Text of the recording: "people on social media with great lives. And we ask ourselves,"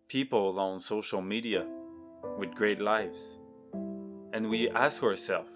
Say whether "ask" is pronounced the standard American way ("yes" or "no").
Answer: yes